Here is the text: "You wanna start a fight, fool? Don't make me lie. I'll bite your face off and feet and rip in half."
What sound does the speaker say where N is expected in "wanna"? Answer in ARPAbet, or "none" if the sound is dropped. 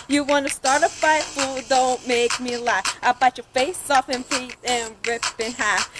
N